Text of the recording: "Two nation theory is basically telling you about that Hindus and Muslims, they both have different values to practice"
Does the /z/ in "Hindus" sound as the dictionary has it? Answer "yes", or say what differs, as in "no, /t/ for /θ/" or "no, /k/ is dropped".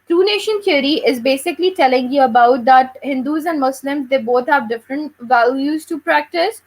yes